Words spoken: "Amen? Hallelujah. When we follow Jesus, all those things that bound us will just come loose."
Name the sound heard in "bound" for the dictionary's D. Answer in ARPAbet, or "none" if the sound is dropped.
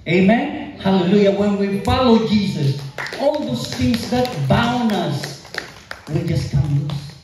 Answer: none